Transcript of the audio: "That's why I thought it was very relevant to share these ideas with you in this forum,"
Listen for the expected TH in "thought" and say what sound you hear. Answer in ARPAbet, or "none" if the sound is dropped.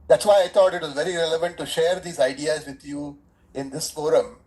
T